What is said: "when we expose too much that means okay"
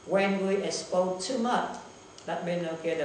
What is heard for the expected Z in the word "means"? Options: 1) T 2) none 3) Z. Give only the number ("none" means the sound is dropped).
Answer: 2